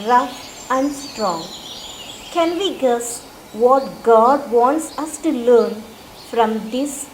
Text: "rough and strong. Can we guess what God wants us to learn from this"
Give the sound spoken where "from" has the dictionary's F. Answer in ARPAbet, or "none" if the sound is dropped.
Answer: F